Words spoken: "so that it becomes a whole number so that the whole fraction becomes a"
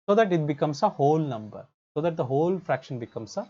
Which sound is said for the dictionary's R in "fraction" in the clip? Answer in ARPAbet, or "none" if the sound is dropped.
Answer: R